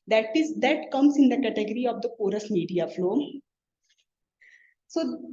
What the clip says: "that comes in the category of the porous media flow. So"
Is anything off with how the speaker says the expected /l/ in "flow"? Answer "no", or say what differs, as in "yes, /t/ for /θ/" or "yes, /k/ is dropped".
no